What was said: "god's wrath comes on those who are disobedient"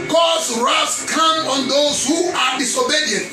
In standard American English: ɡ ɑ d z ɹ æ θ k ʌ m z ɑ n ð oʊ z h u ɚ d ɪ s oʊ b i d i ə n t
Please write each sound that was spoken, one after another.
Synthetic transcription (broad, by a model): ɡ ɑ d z ɹ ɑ s k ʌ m ɑ n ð oʊ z h u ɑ d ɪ s oʊ b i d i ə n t